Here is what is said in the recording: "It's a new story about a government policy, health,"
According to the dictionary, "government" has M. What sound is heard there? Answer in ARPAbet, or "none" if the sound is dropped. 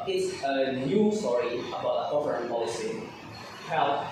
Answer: none